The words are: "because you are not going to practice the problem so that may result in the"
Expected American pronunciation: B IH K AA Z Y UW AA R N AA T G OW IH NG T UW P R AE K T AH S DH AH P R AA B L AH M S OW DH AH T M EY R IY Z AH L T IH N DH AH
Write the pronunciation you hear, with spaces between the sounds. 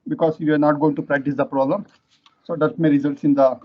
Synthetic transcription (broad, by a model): B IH K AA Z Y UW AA R N AA T G OW IH NG T UW P R AE K T AH S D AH P R AA B L AH M S OW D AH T M EY R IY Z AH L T IH N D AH